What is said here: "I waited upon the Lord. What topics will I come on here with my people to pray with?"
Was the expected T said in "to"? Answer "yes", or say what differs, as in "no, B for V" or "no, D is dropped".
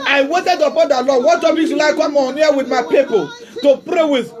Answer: yes